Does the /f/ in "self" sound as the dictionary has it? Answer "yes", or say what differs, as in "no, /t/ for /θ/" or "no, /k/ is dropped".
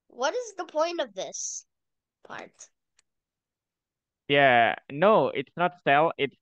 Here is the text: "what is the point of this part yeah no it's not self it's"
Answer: no, /f/ is dropped